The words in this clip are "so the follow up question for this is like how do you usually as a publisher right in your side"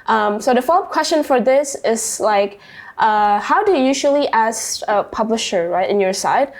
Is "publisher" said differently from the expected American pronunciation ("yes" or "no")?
no